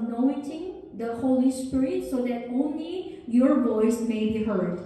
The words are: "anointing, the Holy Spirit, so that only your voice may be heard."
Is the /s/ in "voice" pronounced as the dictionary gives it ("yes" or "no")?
yes